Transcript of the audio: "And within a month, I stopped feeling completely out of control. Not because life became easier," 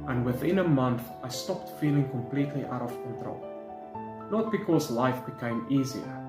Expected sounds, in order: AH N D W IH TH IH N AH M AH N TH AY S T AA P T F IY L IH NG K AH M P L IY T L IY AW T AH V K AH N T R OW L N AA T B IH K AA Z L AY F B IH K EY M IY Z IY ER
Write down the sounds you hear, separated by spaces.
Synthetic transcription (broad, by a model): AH N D W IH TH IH N AH M AH N TH AY S T AA P T F IY L IH NG K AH M P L IY T L IY AW T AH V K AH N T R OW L N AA T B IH K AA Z L AY F B IH K EY M IY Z IY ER